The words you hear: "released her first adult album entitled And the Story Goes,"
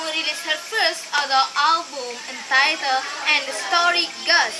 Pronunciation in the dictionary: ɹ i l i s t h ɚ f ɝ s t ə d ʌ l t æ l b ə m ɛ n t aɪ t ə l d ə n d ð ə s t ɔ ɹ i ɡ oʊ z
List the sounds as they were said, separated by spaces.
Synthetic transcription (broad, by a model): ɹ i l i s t h ɚ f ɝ s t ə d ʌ t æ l b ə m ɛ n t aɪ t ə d ə n d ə s t ɔ ɹ i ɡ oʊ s